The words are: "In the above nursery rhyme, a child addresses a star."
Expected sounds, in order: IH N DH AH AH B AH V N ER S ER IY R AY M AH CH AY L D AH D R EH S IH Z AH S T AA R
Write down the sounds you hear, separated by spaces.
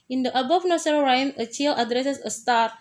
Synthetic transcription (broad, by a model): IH N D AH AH B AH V N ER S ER R AY M AH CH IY L AH D R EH S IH S AH S T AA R